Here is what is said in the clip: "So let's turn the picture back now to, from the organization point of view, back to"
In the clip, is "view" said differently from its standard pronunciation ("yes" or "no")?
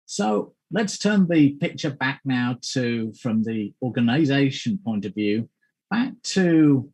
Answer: no